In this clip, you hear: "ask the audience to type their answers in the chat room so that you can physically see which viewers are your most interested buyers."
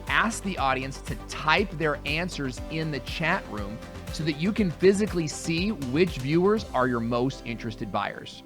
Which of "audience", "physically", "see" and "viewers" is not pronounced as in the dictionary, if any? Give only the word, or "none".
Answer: none